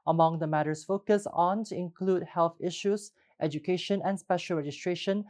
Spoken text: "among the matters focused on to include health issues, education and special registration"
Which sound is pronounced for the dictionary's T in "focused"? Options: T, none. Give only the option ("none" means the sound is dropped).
none